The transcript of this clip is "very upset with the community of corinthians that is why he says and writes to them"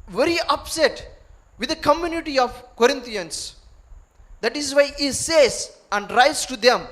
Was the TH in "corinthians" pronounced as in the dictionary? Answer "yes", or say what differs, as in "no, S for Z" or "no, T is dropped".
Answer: no, T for TH